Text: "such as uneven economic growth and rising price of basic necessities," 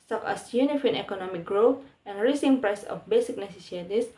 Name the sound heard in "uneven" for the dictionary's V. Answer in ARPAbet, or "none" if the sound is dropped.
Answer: F